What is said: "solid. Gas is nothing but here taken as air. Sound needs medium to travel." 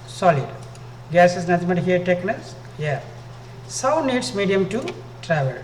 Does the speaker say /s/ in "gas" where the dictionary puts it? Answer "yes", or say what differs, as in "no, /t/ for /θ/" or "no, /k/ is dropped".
yes